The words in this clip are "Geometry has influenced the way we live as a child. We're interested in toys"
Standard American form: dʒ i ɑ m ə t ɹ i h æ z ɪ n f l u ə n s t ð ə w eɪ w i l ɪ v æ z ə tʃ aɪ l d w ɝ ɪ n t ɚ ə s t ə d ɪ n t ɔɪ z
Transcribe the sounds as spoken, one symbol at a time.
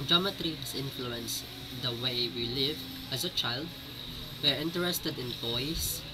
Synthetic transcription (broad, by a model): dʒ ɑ m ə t ɹ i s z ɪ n f l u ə n s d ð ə w eɪ w i l ɪ v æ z ə tʃ aɪ l d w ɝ ɪ n t ɚ ə s t ə d ɪ n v ɔɪ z